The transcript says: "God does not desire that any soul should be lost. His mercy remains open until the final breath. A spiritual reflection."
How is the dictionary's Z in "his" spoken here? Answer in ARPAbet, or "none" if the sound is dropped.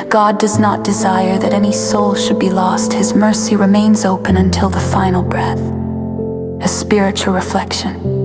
Z